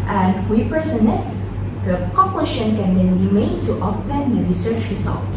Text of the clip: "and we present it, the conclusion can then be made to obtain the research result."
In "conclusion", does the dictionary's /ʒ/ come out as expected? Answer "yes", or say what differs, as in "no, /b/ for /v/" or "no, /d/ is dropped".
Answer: no, /ʃ/ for /ʒ/